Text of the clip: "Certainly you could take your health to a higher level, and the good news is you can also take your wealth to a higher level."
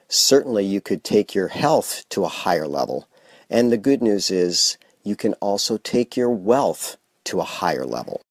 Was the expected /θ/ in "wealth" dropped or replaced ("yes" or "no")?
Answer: no